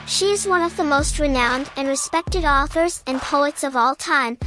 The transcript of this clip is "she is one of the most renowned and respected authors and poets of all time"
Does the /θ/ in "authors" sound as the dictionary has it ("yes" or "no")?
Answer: yes